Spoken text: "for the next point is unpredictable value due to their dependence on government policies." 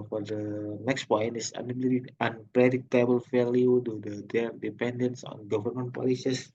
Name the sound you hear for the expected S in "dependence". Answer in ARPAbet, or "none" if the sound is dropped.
S